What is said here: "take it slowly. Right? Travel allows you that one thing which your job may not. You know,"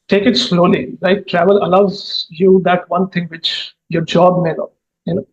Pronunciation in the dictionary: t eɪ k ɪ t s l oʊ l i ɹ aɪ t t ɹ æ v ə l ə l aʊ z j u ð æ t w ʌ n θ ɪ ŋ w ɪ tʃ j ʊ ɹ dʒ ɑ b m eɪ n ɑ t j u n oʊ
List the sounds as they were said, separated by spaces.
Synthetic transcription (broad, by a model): t eɪ k ɪ t s l oʊ l i l aɪ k t ɹ æ v ə l ə l aʊ z j u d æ t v ʌ n t ɪ ŋ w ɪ tʃ j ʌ ɹ dʒ ɑ b m eɪ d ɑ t j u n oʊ